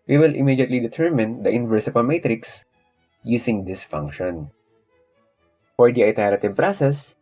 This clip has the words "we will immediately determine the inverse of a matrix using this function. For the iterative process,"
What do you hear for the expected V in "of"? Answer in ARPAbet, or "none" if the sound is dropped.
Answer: P